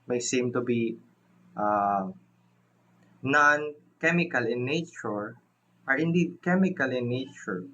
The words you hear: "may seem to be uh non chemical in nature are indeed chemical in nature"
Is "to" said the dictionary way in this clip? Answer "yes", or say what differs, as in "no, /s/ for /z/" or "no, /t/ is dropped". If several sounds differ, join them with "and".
yes